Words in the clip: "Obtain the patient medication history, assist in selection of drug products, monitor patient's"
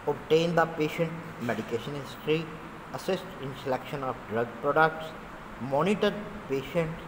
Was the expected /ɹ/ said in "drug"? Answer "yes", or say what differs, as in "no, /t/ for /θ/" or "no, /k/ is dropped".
yes